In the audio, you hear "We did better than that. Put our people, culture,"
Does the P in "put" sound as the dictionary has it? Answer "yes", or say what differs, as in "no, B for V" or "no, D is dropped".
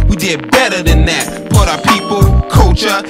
no, B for P